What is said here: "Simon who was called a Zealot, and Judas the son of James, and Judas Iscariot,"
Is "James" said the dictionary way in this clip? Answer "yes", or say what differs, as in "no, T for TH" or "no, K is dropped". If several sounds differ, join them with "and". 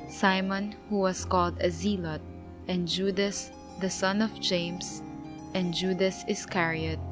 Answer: no, S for Z